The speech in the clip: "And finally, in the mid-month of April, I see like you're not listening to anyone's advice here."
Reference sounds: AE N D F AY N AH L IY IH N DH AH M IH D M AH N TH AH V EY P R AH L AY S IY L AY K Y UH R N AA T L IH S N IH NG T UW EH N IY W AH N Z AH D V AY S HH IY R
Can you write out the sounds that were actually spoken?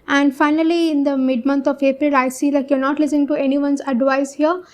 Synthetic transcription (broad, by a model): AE N D F AY N AH L IY IH N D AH M IH D M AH N T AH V EY P R AH L AY S IY L AY K Y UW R N AA T L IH S IH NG T UW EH N IY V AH N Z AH D V AY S HH IY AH